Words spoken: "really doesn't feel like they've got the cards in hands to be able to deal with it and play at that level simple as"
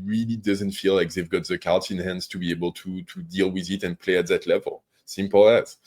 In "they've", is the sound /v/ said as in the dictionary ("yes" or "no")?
yes